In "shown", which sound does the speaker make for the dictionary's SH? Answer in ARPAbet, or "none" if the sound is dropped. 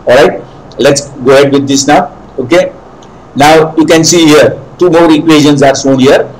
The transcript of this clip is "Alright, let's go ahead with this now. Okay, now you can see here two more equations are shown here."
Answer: S